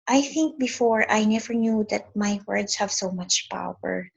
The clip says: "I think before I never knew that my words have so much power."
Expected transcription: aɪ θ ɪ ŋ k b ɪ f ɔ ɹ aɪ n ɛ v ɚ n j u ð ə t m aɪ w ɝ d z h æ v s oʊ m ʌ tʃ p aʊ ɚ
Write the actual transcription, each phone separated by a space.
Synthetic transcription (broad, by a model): aɪ θ ɪ ŋ k b ɪ f ɔ ɹ aɪ n ɛ v ɚ n j u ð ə t m aɪ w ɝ d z h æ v s oʊ m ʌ tʃ p aʊ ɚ